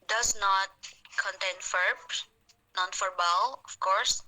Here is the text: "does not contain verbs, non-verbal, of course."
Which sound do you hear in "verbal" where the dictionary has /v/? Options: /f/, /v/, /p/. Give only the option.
/f/